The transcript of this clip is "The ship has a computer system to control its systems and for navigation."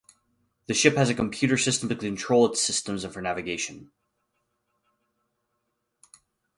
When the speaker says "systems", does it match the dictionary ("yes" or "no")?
yes